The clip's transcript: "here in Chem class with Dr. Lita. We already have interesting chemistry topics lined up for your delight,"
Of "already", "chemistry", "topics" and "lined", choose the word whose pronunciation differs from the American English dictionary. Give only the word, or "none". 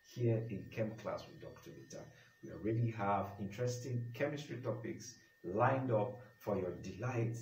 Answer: none